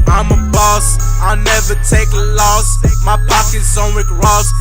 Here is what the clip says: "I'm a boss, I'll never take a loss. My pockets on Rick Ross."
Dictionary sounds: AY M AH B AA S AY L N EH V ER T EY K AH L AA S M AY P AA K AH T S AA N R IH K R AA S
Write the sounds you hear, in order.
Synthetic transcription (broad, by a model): AY M AH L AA S AY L N EH V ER T EY K L AA S M AY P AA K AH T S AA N W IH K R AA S